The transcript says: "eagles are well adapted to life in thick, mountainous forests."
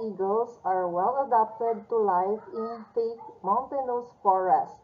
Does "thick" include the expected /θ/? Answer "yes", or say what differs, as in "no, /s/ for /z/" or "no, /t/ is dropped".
no, /f/ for /θ/